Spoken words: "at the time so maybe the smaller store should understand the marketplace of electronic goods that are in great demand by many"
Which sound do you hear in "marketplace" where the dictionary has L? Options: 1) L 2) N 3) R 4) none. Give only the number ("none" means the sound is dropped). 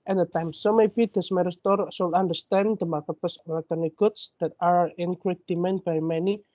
4